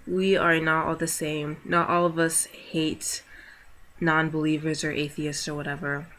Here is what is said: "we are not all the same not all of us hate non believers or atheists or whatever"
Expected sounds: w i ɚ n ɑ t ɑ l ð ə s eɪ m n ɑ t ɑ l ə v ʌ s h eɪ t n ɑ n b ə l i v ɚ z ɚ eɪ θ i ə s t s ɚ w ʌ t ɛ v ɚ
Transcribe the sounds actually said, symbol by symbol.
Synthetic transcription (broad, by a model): w i ɚ n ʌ t ɑ l ð ə s eɪ m n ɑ t ɑ l ə v ʌ s h eɪ t n ɑ n b ə l i v ɚ z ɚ eɪ θ i ə s t s ɚ w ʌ t ɛ v ɚ